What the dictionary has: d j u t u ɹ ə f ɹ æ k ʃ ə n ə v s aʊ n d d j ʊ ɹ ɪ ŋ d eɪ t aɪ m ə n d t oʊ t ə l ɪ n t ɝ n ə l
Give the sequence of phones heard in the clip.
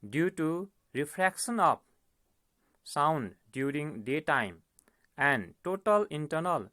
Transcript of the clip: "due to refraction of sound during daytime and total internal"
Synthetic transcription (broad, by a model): d j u t u ɹ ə p ɹ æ k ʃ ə n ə p s aʊ n d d j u ɹ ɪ ŋ d eɪ t aɪ m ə n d t oʊ t ə l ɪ n t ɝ n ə l